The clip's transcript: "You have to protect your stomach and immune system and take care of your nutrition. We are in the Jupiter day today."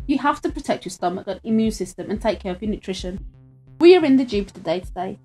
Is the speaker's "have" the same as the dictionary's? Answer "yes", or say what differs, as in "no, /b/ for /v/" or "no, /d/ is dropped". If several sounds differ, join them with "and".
no, /f/ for /v/